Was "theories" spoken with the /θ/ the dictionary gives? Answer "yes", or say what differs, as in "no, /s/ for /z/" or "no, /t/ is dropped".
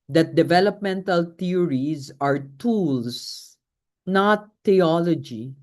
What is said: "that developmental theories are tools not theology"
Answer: no, /t/ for /θ/